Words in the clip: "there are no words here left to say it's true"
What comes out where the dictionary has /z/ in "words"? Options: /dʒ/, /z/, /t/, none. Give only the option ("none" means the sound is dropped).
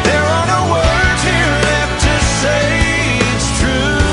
none